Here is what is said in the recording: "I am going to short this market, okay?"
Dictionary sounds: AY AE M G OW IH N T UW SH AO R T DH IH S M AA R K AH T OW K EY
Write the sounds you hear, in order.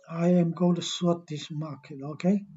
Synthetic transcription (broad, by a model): AY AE M G OW IH N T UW S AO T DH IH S M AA K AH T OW K EY